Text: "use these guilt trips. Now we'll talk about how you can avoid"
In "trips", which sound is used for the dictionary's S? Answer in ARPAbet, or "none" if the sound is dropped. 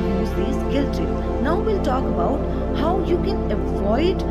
none